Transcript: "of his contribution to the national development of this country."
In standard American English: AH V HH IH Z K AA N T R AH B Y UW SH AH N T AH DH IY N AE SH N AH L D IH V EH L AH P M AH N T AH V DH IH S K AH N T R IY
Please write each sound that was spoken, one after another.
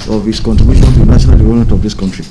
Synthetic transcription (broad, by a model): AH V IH S K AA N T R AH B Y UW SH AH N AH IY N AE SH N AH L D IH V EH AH M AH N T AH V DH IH S K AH N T R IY